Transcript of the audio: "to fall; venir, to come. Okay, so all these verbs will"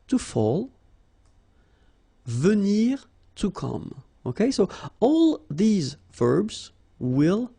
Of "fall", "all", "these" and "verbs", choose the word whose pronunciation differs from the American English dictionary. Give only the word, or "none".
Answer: none